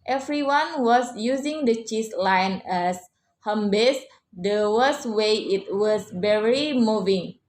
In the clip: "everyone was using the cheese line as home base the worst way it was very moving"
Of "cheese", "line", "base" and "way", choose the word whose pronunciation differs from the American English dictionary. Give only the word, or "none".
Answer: cheese